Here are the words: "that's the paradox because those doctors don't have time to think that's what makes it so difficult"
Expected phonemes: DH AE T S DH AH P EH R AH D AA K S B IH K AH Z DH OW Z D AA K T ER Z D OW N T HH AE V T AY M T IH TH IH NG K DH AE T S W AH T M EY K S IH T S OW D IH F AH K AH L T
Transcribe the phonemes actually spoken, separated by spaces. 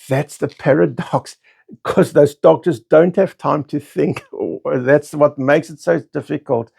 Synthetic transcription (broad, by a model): DH AE T S DH AH P EH R AH D AA K S K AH Z DH OW Z D AA K T ER Z D OW N T HH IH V T AY M T IH TH IH NG K DH AE T S W AH T M EY K S IH T S OW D IH F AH K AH L T